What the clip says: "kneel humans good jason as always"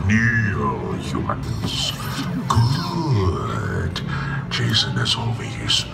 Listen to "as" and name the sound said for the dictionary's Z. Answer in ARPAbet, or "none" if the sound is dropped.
S